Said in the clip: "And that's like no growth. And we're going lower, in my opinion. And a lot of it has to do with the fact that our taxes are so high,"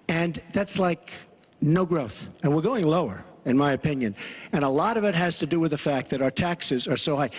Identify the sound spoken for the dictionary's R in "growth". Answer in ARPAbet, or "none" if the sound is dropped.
R